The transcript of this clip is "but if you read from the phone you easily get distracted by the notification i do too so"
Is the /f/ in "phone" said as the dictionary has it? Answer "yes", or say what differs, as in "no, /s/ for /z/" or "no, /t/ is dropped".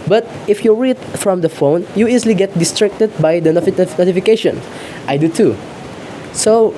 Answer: yes